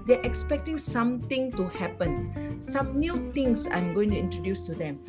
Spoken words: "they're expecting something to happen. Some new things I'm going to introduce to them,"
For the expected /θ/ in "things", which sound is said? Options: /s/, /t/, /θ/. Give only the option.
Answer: /t/